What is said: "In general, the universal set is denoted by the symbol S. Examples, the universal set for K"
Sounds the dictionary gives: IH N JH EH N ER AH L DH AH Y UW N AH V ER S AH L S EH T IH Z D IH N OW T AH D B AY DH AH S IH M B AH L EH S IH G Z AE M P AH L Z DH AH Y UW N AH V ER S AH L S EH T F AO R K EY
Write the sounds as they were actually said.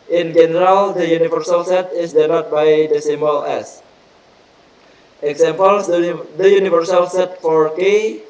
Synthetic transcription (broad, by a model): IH N JH EH N ER AH L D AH Y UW N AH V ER S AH L S EH T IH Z D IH L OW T B AY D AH S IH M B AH L EH S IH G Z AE M P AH L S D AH Y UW N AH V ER S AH L S EH T F AO R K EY